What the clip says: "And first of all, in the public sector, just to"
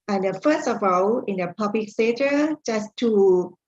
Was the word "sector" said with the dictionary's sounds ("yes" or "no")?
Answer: no